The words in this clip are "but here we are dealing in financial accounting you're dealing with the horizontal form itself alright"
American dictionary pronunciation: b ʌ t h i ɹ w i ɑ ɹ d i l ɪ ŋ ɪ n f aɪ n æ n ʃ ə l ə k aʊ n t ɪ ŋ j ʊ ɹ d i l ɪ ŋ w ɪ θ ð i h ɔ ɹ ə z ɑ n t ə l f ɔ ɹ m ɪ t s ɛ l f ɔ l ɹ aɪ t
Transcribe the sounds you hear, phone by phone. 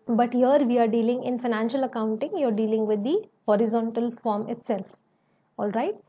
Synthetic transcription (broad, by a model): b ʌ t h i ɹ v i ɑ ɹ d i l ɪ ŋ ɪ n f aɪ n æ n ʃ ə l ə k aʊ n t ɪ ŋ j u ɹ d i l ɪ ŋ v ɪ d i h ɔ ɹ ə z ɑ n t ə l f ɔ ɹ m ɪ t s ɛ l f ɔ l ɹ aɪ t